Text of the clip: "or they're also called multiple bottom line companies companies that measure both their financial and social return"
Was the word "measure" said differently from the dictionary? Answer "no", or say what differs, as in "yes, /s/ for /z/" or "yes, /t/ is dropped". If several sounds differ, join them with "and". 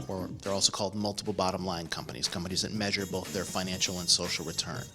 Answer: no